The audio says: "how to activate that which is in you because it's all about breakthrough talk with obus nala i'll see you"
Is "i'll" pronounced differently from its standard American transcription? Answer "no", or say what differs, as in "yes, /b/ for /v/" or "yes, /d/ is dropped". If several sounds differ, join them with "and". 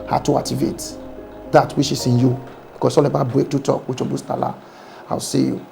yes, /w/ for /l/